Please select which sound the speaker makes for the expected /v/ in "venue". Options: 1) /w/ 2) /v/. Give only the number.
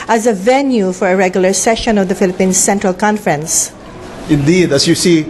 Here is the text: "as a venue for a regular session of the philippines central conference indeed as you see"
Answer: 2